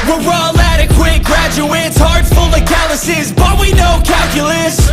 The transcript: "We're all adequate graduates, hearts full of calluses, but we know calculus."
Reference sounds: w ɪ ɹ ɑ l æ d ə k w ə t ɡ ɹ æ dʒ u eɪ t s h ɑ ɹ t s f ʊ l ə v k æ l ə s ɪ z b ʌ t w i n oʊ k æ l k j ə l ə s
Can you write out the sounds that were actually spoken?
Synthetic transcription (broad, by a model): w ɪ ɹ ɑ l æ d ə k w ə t ɡ ɹ æ dʒ u eɪ t s h ɑ ɹ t f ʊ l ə k æ l ə s ɪ z b ʌ t w i n oʊ k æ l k j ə l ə s